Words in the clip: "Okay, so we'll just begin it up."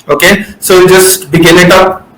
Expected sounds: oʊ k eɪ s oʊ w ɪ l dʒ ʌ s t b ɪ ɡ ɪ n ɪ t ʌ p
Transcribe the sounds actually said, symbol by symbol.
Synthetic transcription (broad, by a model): oʊ k eɪ s oʊ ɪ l dʒ ʌ s t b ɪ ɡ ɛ l ɪ t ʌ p